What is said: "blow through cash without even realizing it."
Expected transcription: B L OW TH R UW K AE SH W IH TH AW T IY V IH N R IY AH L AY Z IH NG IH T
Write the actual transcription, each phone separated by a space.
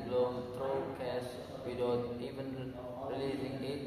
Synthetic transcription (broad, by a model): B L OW T R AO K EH S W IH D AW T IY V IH N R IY L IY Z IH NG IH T